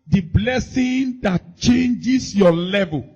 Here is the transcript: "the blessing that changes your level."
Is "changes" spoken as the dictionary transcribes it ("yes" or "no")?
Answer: no